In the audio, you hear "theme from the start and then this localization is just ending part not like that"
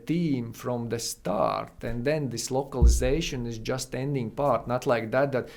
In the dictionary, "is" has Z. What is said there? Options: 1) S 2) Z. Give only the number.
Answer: 2